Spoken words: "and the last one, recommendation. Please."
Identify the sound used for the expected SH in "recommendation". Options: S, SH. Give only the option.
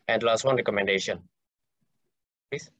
SH